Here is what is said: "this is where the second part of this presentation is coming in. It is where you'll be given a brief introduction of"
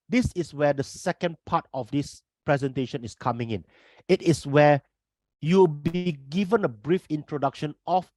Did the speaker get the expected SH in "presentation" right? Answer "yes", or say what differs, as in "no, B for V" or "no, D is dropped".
yes